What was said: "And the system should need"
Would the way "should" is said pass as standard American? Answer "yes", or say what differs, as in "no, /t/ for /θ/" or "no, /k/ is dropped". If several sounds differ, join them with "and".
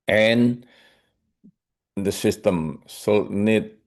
no, /s/ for /ʃ/